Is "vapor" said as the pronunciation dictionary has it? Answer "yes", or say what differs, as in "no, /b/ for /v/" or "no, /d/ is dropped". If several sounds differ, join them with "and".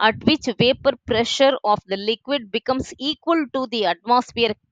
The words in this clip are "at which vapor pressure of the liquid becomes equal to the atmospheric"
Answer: yes